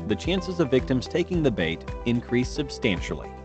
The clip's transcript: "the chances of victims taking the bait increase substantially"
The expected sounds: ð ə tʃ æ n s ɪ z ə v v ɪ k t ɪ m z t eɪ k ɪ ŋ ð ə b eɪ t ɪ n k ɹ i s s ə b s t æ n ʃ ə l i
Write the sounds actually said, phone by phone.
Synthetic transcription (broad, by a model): ð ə tʃ æ n s ɪ z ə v v ɪ k t ɪ m z t eɪ k ɪ ŋ ð ə b eɪ t ɪ n k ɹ i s s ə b s t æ n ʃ l i